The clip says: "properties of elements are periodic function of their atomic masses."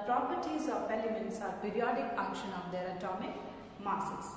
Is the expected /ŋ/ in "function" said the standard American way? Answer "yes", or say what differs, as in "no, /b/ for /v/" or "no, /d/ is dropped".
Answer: no, /ŋ/ is dropped